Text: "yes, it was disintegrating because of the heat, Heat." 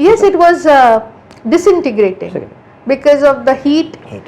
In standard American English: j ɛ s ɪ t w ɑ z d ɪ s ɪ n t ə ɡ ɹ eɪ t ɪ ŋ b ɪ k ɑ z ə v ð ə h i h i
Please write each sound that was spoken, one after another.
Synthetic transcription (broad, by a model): j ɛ s ɪ t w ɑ z d ɪ s ɪ n t ə ɡ ɹ eɪ t ɪ ŋ b ɪ k ɑ z ə v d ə h i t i